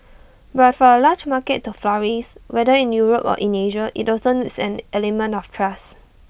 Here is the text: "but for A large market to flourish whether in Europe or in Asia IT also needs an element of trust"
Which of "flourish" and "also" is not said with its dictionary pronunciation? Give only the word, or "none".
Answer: flourish